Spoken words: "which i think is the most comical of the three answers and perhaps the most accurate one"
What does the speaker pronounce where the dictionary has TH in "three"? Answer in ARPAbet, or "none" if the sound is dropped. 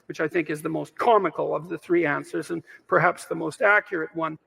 TH